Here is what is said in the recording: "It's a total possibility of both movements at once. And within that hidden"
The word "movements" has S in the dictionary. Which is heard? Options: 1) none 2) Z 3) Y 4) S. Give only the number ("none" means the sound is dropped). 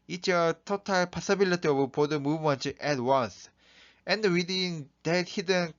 1